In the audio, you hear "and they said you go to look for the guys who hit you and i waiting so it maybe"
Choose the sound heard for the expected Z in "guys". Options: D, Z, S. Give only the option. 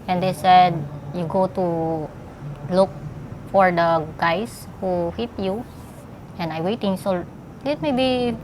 S